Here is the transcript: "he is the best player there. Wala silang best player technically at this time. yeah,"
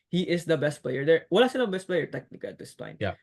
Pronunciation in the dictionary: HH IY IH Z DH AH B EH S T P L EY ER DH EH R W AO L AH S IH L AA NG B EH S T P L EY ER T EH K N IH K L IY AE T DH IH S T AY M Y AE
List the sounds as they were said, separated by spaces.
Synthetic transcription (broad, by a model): HH IY IH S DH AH B EH S T P L EY ER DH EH R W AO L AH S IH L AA B EH S T P L EY ER T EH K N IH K IY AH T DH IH S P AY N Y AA